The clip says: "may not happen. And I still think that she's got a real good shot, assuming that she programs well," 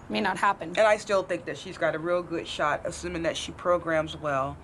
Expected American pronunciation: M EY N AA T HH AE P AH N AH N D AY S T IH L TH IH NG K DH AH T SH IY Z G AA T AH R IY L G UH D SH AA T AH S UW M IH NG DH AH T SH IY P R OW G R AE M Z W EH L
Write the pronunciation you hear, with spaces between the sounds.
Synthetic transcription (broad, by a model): M EY N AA T HH AE P AH N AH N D AY S T IH L TH IH NG K DH AH T SH IY Z G AA T AH R IY L G UH D SH AA T AH S UW M IH NG DH AH T SH IY P R OW G R AE M Z W EH L